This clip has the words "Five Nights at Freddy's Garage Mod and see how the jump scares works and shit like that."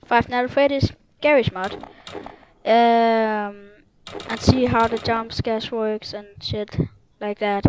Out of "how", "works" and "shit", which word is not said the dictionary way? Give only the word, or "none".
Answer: none